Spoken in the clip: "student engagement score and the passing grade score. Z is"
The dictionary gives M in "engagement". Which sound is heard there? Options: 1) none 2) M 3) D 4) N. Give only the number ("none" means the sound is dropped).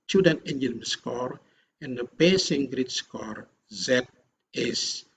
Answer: 1